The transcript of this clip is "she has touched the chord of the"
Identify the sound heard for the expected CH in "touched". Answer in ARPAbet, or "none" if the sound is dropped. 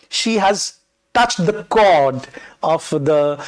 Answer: CH